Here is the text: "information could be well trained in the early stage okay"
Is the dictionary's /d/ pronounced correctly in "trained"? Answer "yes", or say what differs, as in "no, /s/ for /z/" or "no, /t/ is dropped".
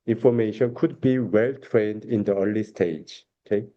yes